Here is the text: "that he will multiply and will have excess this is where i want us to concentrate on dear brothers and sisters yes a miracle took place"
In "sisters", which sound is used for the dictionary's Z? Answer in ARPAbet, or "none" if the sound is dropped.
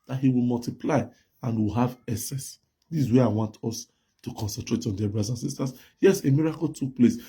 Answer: S